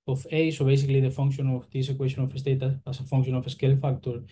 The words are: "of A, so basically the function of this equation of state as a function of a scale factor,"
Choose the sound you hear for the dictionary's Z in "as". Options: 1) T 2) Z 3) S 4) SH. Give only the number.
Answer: 3